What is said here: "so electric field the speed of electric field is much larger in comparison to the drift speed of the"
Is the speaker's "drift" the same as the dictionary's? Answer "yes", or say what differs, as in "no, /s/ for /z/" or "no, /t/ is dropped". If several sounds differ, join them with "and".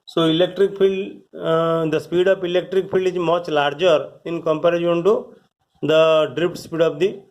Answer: no, /p/ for /f/